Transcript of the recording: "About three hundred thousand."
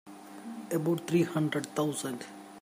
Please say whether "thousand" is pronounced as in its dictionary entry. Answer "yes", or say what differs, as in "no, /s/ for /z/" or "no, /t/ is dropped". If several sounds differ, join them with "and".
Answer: no, /t/ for /θ/